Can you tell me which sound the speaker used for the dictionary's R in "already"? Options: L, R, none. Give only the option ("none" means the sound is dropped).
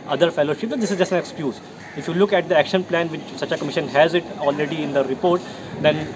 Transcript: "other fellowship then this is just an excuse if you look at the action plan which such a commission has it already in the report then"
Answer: R